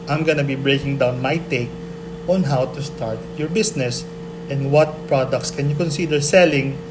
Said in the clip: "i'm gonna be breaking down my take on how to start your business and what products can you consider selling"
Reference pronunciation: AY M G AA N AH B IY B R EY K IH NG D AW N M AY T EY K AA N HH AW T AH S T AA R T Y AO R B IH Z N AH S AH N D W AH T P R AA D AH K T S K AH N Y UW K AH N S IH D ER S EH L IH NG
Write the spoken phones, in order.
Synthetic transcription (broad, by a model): AY M G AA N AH B IY B R EY K IH NG D AW N M AY T EY K AA N HH AW T AH S T AA R T Y AO R B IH S N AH S AH N D W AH T P R AA D AH K T S K AH N Y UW K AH N S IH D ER S EH L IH NG